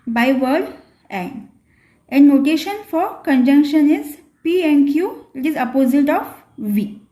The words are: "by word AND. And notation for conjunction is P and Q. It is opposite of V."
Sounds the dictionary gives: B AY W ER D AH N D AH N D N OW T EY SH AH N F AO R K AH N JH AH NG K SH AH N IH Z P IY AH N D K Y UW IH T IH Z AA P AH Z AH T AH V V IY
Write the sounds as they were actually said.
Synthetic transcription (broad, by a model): B AY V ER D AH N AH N N OW T EY SH AH N F AO R K AH N JH AH NG K SH AH N IH Z P IY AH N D K Y UW IH T IH Z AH P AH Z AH T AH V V IY